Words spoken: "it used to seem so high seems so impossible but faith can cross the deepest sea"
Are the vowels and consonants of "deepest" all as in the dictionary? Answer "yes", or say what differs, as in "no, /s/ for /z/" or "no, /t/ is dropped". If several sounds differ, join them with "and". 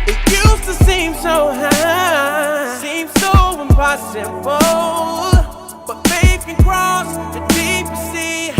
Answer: no, /p/ is dropped